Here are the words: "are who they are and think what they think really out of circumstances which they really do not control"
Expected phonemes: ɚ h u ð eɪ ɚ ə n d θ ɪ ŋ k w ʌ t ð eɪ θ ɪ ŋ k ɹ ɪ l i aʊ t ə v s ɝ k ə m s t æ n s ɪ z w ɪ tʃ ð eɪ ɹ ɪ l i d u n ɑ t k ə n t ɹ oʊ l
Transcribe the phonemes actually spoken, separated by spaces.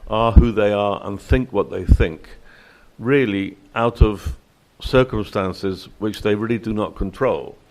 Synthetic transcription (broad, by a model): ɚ h u ð eɪ ɚ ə n θ ɪ ŋ k w ʌ t ð eɪ θ ɪ ŋ k ɹ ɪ l i aʊ t ə v s ɝ k ə m s t æ n s ɪ z w ɪ tʃ ð eɪ ɹ ɪ l i d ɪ n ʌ t k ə n t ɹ oʊ l